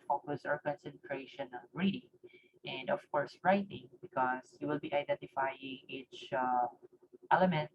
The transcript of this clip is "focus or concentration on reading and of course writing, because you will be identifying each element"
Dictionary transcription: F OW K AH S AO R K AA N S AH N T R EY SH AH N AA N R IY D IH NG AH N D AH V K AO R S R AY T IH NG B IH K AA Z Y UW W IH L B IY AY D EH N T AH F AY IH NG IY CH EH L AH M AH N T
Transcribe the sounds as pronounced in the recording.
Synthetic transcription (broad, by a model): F OW K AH S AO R K AA N S AH N T R EY SH AH N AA L R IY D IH NG AH N D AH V K AO R S R AY T IH NG B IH K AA S Y UW W IH L B IY AY D EH N T AH F AY IH NG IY CH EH L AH M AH N T